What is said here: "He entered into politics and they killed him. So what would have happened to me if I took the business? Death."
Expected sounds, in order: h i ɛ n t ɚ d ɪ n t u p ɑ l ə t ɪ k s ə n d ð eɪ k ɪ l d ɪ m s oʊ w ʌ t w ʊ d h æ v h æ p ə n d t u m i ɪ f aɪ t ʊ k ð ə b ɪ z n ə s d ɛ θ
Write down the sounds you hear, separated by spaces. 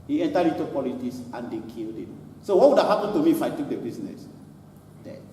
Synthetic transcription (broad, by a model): h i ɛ n t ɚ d ɪ n t u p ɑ l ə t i s ə n d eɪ k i l d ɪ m s oʊ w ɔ t w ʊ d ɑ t h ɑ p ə n t u m i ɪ f aɪ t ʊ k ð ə b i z n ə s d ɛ